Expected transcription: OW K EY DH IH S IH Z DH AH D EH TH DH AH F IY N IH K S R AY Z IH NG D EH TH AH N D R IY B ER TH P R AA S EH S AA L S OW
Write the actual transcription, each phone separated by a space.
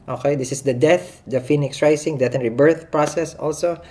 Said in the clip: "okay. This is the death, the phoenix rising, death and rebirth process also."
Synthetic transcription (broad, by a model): OW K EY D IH S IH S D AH D EH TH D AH F IY N IH K S R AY S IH NG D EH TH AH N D R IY B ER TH P R AA S EH S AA L S OW